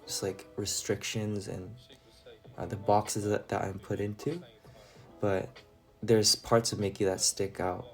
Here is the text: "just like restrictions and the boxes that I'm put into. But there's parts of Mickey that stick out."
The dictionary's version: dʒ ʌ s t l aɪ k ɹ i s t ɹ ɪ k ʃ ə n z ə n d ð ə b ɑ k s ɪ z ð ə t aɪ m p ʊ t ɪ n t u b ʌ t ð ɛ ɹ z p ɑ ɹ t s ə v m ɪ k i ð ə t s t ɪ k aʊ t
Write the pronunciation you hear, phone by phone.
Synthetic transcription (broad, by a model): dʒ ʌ s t l aɪ k ɹ i s t ɹ ɪ k ʃ ə n z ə n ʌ ð ə b ɑ k s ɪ z ð ə t aɪ m p ʊ t ɪ n t u b ʌ t ð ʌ ɹ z p ɑ ɹ t s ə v m ɪ k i ð ə t s t ɪ k aʊ t